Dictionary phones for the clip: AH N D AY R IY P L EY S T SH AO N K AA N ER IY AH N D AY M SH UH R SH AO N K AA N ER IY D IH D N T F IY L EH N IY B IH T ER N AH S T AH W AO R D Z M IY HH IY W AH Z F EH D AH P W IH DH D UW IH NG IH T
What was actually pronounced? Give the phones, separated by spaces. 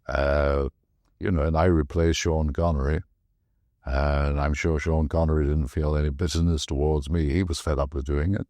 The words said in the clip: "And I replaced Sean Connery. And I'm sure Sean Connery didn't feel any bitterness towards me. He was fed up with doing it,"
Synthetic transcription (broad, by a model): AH N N AY R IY P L EY S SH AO N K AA N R IY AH N AY M SH UH R SH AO N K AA N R IY D IH D N T F IY L EH N IY B IH T ER N AH S T AH W AO R D Z M IY HH IY W AH Z F EH D AH P W IH DH D UW IH NG IH T